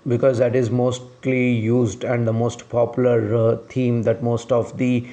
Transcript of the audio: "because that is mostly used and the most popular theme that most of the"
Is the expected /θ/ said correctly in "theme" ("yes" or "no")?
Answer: no